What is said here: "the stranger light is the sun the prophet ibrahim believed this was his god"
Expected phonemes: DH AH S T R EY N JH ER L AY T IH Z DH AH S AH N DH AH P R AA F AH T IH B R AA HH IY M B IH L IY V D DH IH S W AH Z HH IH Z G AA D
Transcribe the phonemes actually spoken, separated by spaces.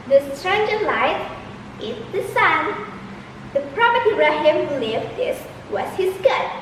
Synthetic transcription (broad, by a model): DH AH S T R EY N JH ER L AY T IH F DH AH S AH N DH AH P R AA P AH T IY R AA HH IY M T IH L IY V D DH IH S W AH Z HH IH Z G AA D